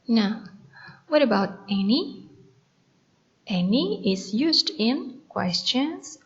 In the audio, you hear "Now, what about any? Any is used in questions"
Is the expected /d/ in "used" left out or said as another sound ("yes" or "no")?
no